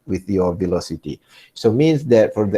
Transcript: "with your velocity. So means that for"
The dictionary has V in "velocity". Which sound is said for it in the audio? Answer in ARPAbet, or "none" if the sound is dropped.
V